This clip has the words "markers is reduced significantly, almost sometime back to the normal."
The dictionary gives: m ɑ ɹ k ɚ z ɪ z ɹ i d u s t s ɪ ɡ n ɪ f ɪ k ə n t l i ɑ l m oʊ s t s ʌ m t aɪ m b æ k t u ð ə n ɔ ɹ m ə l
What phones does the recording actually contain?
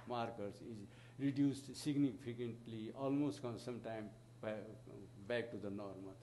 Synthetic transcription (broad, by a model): m ɑ ɹ k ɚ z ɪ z ɹ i d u s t s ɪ ɡ n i p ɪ k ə n t l i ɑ l m oʊ s t s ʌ m t aɪ m b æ k t u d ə n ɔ ɹ m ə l